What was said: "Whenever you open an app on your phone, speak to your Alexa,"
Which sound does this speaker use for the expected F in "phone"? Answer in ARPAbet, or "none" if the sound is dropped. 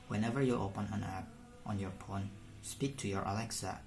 P